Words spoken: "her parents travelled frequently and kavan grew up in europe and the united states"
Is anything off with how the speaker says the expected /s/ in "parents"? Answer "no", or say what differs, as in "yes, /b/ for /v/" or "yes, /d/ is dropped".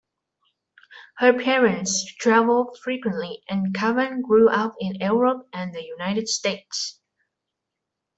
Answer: no